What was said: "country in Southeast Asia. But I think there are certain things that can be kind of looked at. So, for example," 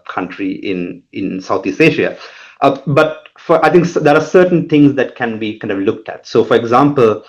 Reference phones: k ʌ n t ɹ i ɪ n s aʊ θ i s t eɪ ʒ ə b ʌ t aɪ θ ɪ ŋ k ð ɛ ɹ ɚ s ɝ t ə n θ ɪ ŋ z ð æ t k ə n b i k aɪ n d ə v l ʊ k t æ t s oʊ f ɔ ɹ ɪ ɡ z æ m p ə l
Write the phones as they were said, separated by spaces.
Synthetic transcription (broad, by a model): k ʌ n t ɹ i ɪ n s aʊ t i s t eɪ ʃ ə b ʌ t aɪ t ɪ ŋ k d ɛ ɹ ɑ s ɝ t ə n t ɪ ŋ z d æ t k ə n b i k aɪ n d ə v l ʊ k t æ t s oʊ f ɔ ɹ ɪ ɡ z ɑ m p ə l